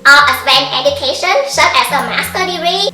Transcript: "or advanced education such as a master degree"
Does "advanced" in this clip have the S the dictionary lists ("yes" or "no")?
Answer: no